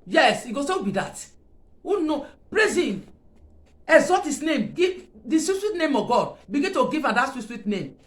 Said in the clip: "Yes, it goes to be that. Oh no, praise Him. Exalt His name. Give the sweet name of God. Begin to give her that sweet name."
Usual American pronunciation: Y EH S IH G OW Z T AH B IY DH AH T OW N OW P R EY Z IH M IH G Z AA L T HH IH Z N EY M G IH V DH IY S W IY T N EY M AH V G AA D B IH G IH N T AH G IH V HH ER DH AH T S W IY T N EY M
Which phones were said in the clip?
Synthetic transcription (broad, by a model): Y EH S IH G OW S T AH B IY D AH T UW N OW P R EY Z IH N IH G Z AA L T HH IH S N EY M G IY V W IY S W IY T N EY M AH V G AA D B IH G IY N T AH G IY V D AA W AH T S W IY T N EY M